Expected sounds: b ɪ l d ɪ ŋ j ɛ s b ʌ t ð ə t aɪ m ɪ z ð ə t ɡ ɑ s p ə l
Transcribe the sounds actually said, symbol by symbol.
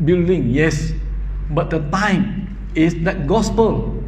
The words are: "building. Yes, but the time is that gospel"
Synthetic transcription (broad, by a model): b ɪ l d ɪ ŋ j ɛ s b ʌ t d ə t aɪ m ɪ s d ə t ɡ ɑ s p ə l